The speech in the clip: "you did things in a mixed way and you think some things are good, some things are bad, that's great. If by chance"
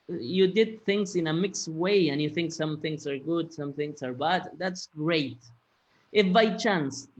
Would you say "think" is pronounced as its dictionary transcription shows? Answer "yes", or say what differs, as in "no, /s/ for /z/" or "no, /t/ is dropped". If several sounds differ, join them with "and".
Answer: yes